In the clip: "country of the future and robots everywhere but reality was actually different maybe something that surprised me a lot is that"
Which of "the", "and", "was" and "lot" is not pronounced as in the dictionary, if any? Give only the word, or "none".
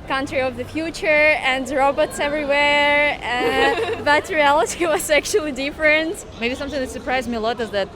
was